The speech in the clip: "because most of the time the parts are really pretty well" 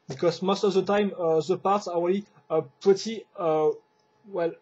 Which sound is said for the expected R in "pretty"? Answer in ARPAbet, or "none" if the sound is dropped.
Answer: none